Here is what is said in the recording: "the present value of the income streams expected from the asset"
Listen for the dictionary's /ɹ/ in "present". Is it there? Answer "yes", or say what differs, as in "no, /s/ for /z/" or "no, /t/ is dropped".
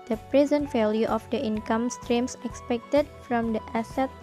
yes